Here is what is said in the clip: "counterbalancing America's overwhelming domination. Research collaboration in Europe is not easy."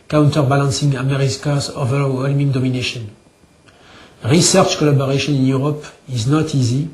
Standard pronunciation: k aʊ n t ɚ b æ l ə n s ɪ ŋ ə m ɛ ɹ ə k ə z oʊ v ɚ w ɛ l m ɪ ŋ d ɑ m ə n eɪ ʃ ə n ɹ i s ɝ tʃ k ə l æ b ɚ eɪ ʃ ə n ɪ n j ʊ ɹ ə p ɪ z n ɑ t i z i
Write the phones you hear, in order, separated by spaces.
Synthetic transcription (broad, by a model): k aʊ n t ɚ b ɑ l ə n s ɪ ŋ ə m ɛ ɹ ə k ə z oʊ v ɚ w ɛ l m ɪ ŋ d ɑ m ə n eɪ ʃ ə n ɹ i s ɝ tʃ k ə l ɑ b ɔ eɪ ʃ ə n ɪ n j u ɹ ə p ɪ z n ɑ t i z i